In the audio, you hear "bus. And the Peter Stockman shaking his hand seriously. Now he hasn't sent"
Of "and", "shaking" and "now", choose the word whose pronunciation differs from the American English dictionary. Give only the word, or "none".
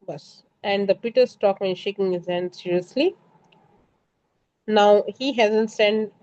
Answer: none